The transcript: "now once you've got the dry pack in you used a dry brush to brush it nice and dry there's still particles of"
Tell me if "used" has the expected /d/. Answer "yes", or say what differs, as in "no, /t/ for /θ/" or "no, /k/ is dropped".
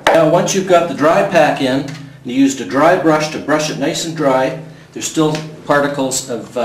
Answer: yes